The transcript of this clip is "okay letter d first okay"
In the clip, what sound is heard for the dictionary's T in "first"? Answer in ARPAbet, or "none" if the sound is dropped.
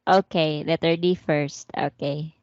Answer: T